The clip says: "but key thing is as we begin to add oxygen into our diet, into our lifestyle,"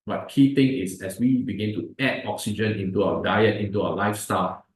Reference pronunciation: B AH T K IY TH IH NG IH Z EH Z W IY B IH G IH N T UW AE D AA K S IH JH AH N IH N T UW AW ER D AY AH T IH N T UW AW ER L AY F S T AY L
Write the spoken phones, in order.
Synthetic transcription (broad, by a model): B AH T K IY T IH NG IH S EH S W IY B IH G IH N T UW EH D AA K S IH JH AH N IH N T UW AW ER D AY AH T IH N T UW AW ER L AY F S T AY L